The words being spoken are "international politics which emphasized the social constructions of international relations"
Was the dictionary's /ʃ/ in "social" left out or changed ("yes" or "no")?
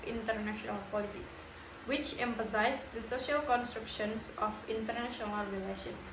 no